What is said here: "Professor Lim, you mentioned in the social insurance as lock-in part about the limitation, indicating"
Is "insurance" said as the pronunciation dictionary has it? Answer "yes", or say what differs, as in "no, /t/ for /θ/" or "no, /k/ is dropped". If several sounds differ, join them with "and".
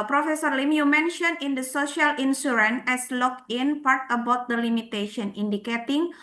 no, /s/ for /ʃ/ and /s/ is dropped